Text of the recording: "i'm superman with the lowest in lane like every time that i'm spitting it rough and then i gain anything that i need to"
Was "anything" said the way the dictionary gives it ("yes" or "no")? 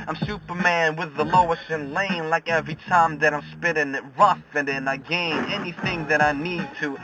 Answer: yes